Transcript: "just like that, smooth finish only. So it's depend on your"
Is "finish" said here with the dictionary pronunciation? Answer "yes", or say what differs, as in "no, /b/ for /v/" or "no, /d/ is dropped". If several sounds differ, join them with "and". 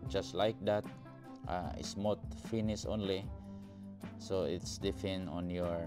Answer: no, /s/ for /ʃ/